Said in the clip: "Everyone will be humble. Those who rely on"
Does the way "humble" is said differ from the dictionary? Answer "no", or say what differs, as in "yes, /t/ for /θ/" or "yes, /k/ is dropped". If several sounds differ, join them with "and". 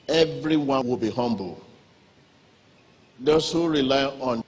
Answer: no